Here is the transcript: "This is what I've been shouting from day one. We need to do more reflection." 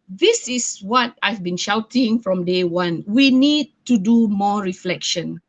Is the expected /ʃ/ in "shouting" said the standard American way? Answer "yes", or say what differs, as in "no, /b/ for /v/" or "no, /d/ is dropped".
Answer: yes